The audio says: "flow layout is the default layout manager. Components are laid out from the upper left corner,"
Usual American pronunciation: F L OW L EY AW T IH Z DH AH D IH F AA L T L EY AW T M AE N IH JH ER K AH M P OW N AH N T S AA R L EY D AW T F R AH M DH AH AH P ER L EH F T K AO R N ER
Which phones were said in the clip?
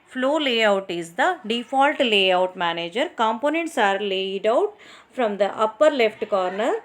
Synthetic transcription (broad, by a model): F L OW L EY AW T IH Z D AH D IH F AA L T L EY AW T M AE N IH JH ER K AH M P OW N AH N T S AA R L EY D AW T F R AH M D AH AH P ER L EH F T K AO R N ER